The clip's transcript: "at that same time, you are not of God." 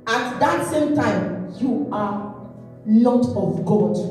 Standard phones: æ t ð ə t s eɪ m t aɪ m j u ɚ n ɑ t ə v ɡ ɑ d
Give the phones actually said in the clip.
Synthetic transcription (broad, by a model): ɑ t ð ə t s eɪ m t aɪ m j u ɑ l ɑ t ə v ɡ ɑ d